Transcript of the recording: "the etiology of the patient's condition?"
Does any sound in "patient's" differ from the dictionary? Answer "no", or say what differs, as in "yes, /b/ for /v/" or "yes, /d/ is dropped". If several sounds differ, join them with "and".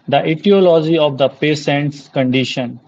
yes, /s/ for /ʃ/